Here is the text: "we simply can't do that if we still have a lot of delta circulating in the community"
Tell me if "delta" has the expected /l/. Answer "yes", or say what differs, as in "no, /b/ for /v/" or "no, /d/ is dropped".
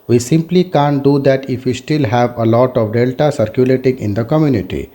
yes